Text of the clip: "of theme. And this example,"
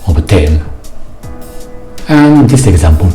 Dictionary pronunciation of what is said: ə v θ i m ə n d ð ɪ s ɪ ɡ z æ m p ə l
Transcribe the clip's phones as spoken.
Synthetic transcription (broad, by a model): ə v t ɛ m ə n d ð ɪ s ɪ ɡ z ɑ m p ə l